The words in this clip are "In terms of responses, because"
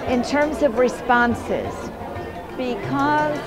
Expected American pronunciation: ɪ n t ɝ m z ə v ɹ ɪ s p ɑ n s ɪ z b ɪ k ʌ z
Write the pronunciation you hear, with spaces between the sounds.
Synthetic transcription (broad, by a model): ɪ n t ɝ m z ə v ɹ ɪ s p ɑ n s ɪ z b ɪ k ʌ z